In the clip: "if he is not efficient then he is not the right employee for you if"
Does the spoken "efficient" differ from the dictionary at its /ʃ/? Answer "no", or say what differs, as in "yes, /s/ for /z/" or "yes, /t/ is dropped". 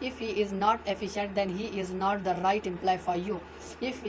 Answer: no